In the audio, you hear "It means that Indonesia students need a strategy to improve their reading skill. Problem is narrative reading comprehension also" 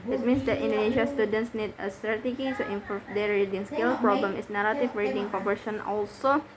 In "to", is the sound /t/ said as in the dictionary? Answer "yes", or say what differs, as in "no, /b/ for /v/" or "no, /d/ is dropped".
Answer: no, /s/ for /t/